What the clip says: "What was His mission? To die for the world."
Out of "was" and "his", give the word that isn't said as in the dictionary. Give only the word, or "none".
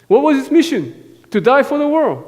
his